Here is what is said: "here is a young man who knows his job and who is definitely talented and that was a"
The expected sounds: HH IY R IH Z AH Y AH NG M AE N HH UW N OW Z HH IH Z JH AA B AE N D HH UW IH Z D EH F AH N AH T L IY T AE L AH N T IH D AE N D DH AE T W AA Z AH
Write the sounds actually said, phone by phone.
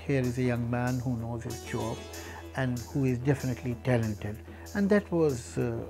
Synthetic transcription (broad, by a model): HH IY R IH Z AH Y AH NG M AE N HH UW N OW Z HH IH Z CH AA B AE N D HH UW IH Z D EH F AH N AH T L IY T AE L AH N T IH D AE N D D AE T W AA Z